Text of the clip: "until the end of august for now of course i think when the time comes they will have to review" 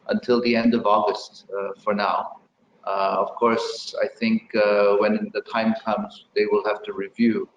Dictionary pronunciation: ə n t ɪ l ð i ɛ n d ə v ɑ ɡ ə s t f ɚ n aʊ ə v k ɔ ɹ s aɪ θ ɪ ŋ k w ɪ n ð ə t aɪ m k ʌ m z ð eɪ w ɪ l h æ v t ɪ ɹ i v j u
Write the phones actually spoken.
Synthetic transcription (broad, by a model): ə n t ɪ l ð i ɛ n d ə v ɑ ɡ ə s t f ɚ n aʊ ə v k ɔ ɹ s aɪ θ ɪ ŋ k w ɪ n ð ə t aɪ m k ʌ m z ð eɪ w ɪ l h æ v t ɪ ɹ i v j u